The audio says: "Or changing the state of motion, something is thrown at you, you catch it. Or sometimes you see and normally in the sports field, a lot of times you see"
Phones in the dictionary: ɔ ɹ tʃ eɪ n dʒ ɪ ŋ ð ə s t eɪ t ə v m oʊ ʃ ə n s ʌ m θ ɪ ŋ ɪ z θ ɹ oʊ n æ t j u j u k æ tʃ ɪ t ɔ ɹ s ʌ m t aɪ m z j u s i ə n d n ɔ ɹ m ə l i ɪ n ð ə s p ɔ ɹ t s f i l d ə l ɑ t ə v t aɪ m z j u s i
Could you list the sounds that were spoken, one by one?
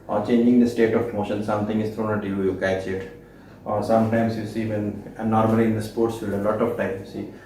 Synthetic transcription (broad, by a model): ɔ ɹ tʃ eɪ n dʒ ɪ ŋ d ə s t eɪ t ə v m oʊ ʃ ə n s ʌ m t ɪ ŋ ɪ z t ɹ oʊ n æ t j u j u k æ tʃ ɪ t ɔ ɹ s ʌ m t aɪ m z j u s i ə n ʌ n ɔ ɹ m ə l i ɪ n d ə s p ɔ ɹ t s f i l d ə l ɑ t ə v t aɪ m j u s i